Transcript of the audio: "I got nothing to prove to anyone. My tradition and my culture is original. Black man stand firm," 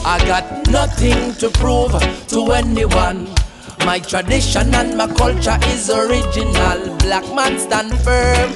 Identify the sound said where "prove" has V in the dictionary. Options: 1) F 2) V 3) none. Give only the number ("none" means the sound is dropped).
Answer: 2